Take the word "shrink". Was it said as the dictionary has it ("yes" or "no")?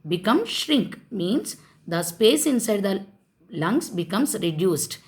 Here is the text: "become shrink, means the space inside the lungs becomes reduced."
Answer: yes